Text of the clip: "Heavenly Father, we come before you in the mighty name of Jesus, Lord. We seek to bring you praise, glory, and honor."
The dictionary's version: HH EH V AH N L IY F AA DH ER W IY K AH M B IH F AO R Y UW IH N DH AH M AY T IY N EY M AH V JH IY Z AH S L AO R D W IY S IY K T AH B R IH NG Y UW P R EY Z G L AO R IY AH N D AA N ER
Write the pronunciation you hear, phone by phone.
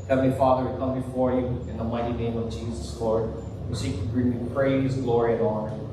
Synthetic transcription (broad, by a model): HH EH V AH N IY F AA DH ER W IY K AH M B IH F AO R Y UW IH N DH AH M AY T IY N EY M AH V JH IY Z AH S L AO R D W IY S IY K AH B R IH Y P R EY Z G L AO R IY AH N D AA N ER